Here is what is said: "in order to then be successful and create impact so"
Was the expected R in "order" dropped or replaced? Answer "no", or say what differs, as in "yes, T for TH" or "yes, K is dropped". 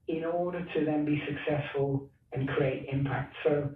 no